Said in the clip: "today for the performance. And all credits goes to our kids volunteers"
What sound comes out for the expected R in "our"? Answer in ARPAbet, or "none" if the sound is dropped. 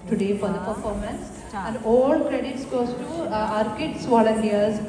R